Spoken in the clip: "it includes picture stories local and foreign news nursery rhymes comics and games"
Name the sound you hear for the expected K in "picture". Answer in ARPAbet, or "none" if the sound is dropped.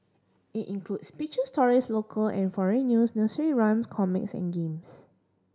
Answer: none